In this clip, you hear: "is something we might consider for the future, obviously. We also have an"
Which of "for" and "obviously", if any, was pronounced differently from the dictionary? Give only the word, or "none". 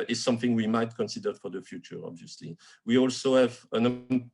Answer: none